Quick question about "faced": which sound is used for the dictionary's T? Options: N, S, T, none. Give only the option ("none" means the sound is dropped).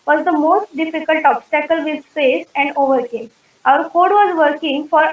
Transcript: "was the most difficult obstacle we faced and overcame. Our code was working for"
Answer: none